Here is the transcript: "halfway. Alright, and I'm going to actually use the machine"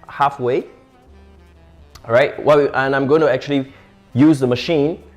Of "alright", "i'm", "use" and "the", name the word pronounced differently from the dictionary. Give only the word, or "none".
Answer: alright